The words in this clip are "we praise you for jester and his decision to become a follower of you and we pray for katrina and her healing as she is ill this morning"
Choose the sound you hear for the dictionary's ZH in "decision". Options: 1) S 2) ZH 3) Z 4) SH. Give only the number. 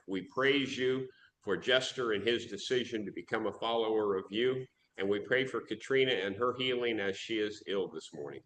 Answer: 2